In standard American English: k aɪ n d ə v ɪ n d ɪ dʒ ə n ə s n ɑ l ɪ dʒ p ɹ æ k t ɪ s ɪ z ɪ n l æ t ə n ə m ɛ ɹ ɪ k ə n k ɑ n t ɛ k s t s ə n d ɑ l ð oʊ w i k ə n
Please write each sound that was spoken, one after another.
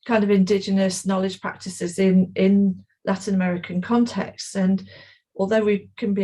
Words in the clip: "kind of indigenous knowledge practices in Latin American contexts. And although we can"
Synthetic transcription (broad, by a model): k aɪ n d ə v ɪ n d ɪ dʒ ə n ə s n ɑ l ɪ dʒ p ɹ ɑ k t ɪ s ɪ z ɪ n l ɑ t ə n ə m ɛ ɹ ɪ k ə n k ɑ n t ɛ k s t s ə n ɑ l ð oʊ w i k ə n